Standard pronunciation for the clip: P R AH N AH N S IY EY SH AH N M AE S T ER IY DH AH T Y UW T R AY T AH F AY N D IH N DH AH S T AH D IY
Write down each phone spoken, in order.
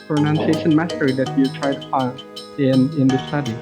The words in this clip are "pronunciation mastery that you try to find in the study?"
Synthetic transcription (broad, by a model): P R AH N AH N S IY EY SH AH N M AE T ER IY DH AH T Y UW T R AY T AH P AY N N IH N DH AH S T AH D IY